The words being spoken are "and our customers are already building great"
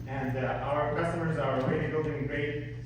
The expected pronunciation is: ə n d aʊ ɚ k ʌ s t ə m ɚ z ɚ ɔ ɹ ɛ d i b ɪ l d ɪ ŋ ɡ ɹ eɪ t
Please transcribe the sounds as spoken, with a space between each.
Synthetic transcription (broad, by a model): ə n d aʊ ɚ k ʌ s t ə m ɚ z ɚ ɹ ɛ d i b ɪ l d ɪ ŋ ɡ ɹ eɪ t